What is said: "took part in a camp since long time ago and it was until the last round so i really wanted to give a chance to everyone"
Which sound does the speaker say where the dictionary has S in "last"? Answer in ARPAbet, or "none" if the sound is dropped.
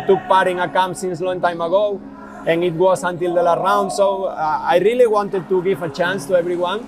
none